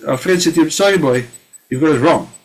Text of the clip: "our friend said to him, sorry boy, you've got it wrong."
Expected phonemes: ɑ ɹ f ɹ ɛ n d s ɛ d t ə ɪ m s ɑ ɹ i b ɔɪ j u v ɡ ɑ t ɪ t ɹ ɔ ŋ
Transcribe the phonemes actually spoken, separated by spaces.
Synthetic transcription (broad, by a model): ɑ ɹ f ɹ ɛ d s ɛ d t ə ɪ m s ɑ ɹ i b ɔɪ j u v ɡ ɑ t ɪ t ɹ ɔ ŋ